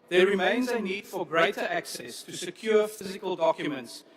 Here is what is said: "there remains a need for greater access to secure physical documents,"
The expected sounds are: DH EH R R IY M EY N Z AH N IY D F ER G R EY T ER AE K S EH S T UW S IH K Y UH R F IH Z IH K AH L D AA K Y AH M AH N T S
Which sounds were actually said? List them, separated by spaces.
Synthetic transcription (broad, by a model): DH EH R R IY M EY N Z AH N IY D F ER G R EY T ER AE K S EH S T UW S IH K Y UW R F IH Z IH K AH L D AA K Y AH M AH N T S